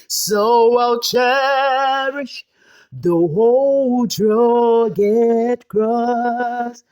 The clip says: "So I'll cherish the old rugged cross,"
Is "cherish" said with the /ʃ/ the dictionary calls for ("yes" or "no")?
yes